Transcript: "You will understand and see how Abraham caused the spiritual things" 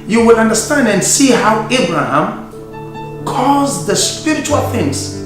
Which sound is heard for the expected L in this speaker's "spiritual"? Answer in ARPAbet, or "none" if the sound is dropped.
L